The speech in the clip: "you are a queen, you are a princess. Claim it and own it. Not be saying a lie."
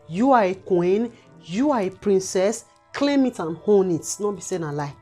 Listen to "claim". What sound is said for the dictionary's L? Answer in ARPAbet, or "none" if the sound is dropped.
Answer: L